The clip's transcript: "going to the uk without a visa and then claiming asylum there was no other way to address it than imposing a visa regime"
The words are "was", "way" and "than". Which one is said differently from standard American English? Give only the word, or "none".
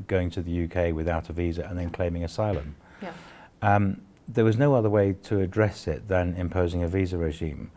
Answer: none